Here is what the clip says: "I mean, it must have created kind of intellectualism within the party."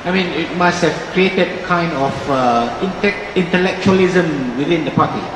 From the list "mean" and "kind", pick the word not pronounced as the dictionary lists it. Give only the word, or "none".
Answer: none